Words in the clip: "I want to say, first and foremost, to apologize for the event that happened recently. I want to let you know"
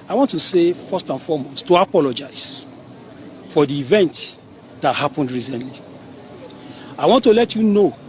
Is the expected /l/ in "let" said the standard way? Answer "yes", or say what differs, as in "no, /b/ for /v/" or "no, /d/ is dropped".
yes